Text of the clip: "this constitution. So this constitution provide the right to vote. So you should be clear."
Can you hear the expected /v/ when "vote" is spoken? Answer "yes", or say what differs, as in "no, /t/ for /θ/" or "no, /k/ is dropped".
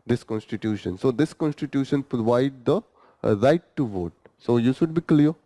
yes